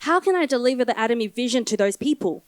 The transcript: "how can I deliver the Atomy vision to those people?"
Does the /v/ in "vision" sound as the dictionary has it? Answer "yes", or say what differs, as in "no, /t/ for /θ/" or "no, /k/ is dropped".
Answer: yes